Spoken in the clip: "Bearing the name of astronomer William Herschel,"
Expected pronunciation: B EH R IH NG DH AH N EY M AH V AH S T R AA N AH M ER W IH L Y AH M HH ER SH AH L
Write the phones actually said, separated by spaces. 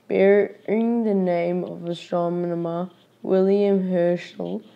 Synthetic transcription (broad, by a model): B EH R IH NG DH AH N EY M AH V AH S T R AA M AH M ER W IH L Y AH M HH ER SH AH L